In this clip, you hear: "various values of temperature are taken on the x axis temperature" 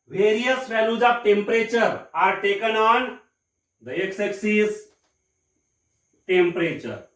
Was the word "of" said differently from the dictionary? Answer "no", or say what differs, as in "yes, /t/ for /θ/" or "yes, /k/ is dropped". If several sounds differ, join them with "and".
yes, /p/ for /v/